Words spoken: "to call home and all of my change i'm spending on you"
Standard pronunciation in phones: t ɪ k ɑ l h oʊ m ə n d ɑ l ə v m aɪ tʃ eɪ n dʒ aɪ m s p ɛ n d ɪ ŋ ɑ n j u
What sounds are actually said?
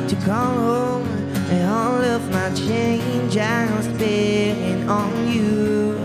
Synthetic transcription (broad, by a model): t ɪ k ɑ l h oʊ m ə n ɑ l ə v m aɪ tʃ eɪ n dʒ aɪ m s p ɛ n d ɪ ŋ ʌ n j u